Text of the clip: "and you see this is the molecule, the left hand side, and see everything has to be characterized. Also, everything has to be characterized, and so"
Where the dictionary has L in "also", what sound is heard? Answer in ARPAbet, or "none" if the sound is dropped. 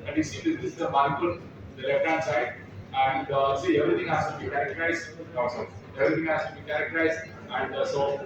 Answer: none